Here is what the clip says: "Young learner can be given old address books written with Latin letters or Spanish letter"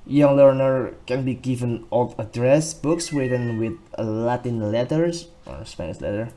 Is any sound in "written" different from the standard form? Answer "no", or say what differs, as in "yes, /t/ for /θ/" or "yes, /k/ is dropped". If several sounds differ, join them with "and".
yes, /w/ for /ɹ/